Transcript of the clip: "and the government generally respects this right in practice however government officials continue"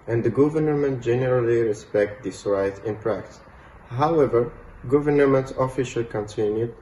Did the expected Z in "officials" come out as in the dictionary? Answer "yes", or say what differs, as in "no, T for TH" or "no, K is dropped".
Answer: no, Z is dropped